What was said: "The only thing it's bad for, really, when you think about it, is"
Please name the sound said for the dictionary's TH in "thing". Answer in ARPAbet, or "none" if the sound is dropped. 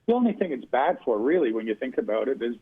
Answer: TH